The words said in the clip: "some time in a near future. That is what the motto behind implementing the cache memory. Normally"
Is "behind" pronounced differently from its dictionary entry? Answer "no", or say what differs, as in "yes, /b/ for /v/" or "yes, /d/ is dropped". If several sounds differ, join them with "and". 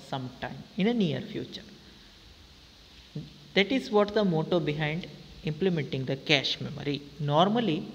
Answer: no